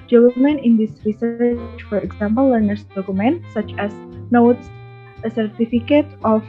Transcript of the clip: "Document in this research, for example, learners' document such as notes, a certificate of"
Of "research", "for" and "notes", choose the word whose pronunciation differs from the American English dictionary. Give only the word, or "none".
none